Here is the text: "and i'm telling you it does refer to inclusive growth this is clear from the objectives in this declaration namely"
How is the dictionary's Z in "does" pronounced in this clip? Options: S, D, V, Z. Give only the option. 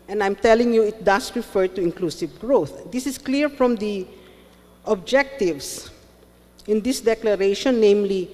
S